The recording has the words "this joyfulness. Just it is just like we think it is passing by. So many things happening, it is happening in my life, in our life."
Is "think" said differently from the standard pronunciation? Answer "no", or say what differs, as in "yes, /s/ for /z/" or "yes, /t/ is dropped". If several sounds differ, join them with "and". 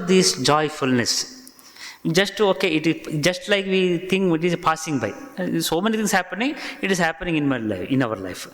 yes, /t/ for /θ/